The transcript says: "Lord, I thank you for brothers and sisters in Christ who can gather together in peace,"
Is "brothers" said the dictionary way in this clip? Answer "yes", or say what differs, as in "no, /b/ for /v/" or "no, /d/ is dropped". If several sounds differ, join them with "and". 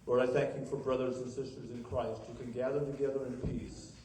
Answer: yes